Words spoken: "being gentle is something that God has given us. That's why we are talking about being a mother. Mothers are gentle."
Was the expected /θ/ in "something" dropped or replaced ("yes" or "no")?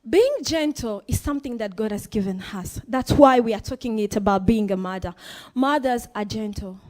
no